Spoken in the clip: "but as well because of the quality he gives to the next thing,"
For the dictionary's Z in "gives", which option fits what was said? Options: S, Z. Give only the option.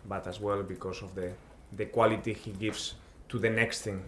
S